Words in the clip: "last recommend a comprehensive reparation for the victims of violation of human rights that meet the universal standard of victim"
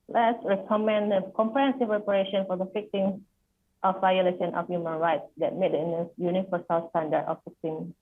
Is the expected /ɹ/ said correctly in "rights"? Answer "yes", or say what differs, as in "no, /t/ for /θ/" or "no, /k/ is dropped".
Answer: yes